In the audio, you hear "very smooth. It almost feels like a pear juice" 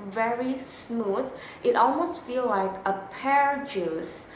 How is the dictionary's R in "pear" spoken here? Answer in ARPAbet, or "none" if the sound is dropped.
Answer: R